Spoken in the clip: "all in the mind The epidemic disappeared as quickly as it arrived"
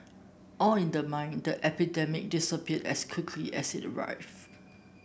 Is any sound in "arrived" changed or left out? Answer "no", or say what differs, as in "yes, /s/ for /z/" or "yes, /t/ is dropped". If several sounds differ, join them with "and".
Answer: yes, /d/ is dropped